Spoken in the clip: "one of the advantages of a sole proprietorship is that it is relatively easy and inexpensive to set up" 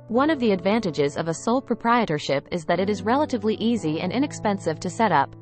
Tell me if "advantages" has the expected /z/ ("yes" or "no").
yes